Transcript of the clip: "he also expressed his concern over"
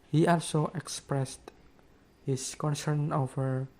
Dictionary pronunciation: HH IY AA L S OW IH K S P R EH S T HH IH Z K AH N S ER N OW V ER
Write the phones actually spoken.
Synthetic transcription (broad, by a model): HH IY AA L S OW IH K S P R EH S T HH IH S K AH N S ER N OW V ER